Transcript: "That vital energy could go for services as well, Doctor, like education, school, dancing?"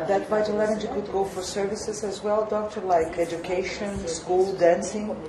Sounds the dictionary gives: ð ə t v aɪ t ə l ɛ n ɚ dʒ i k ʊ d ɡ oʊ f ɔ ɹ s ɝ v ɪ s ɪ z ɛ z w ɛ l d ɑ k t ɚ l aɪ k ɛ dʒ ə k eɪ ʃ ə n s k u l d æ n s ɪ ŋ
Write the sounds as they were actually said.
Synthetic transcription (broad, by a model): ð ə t b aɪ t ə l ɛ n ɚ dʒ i k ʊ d ɡ oʊ f ɔ ɹ s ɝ v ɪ s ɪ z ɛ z w ɛ l d ɑ k t ɚ l aɪ k ɛ dʒ ə k eɪ ʃ ə n s k u l d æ n s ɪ ŋ